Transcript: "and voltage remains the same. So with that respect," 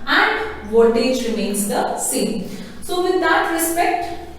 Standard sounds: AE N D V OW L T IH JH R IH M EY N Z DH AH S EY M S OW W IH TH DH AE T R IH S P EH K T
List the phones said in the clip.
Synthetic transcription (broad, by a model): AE N D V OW T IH JH R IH M EY N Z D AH S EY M S OW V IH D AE T R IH S P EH K T